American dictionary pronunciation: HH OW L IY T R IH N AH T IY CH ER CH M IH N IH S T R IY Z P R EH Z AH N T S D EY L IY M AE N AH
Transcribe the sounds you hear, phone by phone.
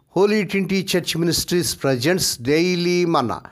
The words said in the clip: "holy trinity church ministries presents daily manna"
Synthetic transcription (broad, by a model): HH OW L IY T W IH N T IY CH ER CH M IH N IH S T R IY S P R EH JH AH N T S D EY L IY M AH N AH